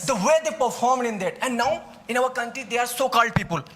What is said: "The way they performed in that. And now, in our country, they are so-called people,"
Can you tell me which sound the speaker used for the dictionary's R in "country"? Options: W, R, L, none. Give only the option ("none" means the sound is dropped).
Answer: R